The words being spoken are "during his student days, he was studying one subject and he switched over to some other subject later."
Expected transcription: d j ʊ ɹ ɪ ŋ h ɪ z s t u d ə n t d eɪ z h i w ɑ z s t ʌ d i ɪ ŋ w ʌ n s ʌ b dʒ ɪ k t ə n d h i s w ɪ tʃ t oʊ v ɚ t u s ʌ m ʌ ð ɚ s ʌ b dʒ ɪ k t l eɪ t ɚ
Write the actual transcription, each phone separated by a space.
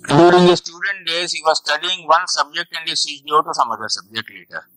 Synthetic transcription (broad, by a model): d j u ɹ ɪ ŋ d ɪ s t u d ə n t d eɪ z h i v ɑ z s t ʌ d i ɪ ŋ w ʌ n s ʌ b dʒ ɪ k t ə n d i s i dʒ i ɔ t u s ʌ m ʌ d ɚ s ʌ b dʒ ɪ k t l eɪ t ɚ